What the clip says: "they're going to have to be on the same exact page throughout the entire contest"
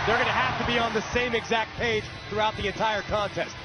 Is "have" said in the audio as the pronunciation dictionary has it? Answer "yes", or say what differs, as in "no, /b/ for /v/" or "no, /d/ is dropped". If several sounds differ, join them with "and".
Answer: no, /f/ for /v/